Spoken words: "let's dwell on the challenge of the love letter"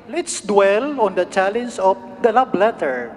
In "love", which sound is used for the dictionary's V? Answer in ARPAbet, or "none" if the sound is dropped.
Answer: B